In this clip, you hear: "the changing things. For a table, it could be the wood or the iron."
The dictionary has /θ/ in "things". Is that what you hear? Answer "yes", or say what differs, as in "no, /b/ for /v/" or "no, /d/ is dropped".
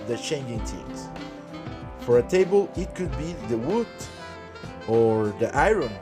no, /t/ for /θ/